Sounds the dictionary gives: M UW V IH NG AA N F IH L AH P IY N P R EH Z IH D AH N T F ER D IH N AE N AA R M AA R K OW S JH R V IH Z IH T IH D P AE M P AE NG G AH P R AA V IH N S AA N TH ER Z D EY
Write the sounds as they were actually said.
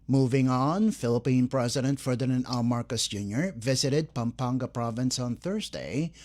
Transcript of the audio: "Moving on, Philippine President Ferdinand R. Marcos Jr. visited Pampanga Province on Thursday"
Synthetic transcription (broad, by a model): M UW V IH NG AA N F IH L AH P IY N P R EH Z IH D AH N T F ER D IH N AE N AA L M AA R K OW S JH R V IH Z IH T IH D P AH M P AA NG G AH P R AA V IH N S AA N TH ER Z D EY